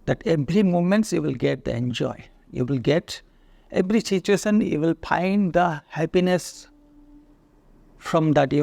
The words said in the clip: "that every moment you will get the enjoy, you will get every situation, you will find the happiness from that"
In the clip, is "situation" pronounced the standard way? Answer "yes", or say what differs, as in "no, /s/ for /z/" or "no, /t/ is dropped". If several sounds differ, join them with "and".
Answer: no, /s/ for /ʃ/